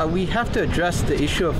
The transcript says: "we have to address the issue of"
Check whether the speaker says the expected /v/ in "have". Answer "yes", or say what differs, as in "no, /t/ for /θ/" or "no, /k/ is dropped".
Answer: no, /f/ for /v/